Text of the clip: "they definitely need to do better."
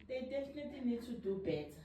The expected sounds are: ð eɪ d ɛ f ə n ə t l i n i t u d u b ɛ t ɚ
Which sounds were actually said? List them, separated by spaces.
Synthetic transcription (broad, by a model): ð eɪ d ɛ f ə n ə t i n i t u d u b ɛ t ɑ